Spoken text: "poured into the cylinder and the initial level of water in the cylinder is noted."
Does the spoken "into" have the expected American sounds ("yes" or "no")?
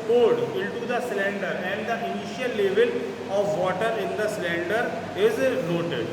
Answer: no